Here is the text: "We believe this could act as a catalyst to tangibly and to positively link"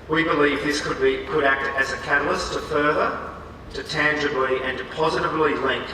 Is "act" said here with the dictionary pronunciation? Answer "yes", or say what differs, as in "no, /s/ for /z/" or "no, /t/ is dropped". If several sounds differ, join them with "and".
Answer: yes